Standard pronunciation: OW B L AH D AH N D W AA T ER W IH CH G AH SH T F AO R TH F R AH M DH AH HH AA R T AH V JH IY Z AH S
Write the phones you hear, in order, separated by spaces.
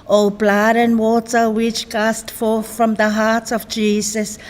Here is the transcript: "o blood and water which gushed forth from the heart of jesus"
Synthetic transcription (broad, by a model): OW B L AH D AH N W AA T ER W IH CH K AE S T F AO R TH F R AH M DH AH HH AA R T AH V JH IY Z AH S